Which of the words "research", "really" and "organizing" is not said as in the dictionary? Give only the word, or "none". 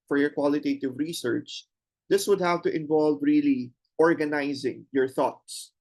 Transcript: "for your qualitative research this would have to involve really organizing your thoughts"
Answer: none